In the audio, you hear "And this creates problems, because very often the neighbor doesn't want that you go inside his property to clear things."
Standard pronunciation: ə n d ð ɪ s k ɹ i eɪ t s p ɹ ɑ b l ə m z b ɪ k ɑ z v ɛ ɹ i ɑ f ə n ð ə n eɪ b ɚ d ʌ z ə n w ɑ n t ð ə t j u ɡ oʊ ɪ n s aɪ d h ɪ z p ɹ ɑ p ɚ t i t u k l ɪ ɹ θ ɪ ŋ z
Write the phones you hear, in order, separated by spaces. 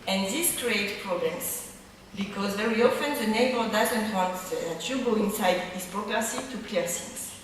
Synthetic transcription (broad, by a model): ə n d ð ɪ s k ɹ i eɪ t p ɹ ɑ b l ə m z b ɪ k ɑ z v ɛ ɹ i ɑ f ə n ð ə n eɪ b ɚ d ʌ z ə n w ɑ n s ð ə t j u ɡ oʊ ɪ n s aɪ d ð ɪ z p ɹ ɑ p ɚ s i t u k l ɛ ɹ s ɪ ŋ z